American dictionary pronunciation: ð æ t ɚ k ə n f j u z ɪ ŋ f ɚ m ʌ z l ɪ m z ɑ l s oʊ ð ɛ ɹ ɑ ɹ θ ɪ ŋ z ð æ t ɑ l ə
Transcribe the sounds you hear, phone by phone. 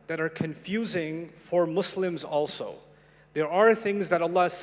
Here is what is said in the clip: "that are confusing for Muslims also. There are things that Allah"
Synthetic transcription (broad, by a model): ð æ t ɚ k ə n f j u z ɪ ŋ f ɚ m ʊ s l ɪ m z ɑ l s oʊ ð ɛ ɹ ɑ ɹ θ ɪ ŋ z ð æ t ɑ l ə